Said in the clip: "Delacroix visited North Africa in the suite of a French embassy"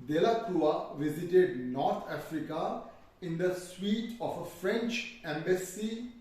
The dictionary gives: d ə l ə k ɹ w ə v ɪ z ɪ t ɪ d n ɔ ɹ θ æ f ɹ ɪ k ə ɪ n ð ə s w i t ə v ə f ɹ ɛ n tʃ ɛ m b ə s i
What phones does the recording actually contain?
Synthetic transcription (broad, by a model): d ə l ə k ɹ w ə v ɪ z ɪ t ɪ d n ɔ ɹ t æ f ɹ ɪ k ə ɪ n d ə s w i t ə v ə f ɹ ɛ n tʃ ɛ m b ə s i